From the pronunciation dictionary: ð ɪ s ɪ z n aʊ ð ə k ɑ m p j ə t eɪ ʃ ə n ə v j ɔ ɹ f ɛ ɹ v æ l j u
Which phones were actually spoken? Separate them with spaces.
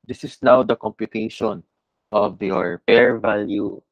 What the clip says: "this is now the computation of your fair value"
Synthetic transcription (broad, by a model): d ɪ s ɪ s n aʊ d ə k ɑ m p j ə t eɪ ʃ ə n ə v j ɔ ɹ p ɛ ɹ v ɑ l j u